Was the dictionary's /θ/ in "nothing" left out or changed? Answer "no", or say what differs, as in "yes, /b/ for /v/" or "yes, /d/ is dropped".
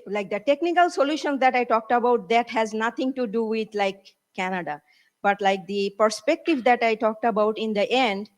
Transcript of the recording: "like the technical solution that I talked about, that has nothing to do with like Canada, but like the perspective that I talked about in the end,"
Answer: yes, /t/ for /θ/